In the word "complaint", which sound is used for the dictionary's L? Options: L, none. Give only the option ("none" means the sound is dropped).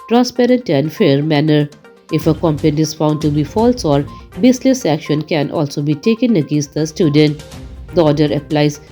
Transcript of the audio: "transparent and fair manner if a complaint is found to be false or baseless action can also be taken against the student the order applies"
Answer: none